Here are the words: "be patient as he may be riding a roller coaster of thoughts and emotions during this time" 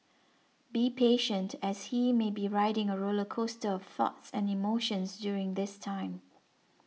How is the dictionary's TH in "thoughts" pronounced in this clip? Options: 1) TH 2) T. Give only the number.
1